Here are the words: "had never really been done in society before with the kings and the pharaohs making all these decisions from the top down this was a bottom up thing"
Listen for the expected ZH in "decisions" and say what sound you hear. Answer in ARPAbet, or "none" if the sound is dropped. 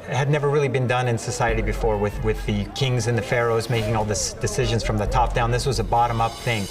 ZH